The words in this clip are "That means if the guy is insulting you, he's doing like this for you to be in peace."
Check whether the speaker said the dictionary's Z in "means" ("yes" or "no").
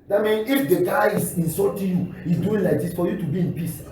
no